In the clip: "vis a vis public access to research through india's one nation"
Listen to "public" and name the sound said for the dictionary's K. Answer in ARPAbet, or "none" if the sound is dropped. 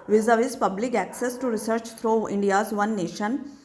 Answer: K